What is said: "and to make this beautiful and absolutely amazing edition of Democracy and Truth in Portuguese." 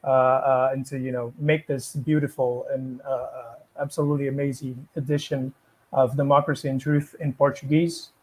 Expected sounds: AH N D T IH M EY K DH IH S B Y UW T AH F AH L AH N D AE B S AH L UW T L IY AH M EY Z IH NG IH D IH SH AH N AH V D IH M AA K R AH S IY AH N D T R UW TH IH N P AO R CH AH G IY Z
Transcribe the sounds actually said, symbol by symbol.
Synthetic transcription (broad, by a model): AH N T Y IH M EY K DH IH S B Y UW T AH F L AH N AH AE B S AH L UW T L IY AH M EY Z IH NG IH D IH SH AH N AH V D IH M AA K R AH S IY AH N T R UW TH IH N P AO R CH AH G IY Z